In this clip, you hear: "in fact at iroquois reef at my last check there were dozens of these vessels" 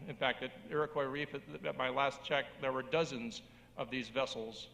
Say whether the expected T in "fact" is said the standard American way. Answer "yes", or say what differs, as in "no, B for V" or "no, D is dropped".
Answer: yes